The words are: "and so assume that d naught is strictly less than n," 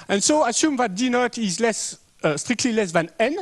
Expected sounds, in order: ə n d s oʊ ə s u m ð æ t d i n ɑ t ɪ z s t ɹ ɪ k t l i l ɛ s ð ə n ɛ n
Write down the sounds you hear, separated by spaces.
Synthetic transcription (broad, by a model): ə n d s oʊ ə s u m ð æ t d i n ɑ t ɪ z s t ɹ ɪ k t l i l ɛ s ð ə n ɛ n